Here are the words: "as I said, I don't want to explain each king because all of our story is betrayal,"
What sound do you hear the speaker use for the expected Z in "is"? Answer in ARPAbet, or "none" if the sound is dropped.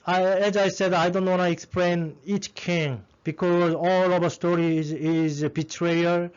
Z